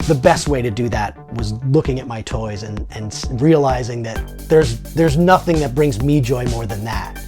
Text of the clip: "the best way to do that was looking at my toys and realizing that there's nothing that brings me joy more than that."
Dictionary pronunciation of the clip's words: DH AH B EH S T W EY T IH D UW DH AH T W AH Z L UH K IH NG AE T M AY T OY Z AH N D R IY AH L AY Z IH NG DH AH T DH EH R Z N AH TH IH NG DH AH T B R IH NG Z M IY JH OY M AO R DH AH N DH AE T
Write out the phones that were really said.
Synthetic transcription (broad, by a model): DH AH B EH S T W EY T IH D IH DH AH T W AH Z L UH K IH NG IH T M AY T OY Z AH N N R IY AH L AY Z IH NG DH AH T DH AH R Z N AH TH IH NG DH AH T B R IH NG Z M IY JH OY M AO R DH AH N DH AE T